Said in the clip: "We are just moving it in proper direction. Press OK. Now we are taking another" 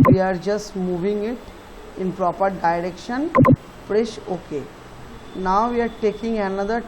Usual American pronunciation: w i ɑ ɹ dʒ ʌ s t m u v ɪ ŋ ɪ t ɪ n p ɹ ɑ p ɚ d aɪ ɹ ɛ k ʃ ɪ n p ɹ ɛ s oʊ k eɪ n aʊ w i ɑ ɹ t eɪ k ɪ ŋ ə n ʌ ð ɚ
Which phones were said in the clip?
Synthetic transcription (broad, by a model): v i ɑ ɹ dʒ ʌ s t m u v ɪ ŋ ɪ t ɪ n p ɹ ɑ p ɚ d aɪ ɹ ɛ k ʃ ɪ n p ɹ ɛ ʃ oʊ k eɪ n aʊ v i ɑ ɹ t eɪ k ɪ ŋ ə n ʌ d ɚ